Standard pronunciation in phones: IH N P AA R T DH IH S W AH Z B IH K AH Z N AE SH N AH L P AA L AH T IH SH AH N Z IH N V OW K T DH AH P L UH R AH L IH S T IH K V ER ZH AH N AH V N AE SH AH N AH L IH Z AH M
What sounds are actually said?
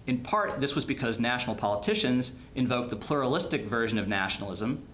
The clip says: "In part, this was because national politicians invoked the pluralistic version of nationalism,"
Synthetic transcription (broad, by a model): IH N P AA R T DH IH S W AH Z B IH K AH Z N AE SH N L P AA L AH T IH SH AH N Z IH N V OW K DH AH P L UH R AH L IH S T IH K V ER ZH AH N AH V N AE SH N L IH Z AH M